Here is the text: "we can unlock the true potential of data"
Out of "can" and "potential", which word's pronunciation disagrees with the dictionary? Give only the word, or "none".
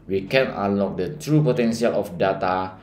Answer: potential